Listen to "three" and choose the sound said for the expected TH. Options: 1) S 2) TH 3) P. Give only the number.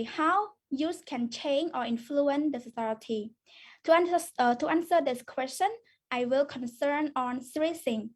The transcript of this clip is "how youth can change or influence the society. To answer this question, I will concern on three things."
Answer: 1